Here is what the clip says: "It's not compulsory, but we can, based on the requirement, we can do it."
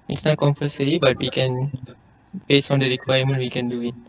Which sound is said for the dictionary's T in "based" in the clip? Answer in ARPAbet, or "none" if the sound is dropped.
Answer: none